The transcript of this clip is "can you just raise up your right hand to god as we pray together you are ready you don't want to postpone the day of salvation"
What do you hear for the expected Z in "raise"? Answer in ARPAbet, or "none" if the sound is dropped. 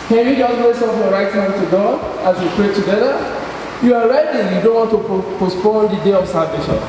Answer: S